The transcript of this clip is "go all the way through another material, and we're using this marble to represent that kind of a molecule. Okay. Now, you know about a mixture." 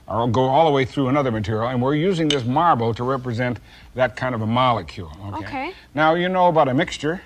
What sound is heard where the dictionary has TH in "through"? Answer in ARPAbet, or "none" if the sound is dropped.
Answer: TH